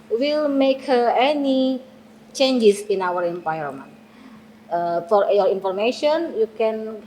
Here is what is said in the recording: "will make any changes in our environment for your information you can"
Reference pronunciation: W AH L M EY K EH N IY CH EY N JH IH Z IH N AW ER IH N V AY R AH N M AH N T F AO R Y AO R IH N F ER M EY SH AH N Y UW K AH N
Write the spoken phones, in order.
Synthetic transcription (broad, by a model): W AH L M EY K EH N IY CH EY N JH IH S IH N AW ER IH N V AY AH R M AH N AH F AO R Y AO R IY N F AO M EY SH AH N Y UW K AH N